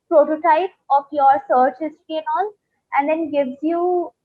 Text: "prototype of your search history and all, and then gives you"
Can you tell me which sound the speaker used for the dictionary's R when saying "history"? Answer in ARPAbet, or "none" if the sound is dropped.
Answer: none